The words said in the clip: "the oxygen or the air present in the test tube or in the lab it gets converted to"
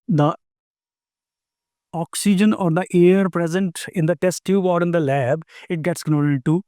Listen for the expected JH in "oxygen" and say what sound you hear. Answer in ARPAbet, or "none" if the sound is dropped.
JH